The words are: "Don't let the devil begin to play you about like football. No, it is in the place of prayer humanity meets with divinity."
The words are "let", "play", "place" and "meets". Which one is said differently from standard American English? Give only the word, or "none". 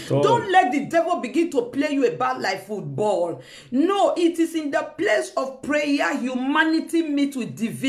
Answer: meets